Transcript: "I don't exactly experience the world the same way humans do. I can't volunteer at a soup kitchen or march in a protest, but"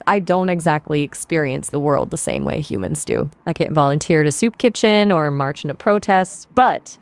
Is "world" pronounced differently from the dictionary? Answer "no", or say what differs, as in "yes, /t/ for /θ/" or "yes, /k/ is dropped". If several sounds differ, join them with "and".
no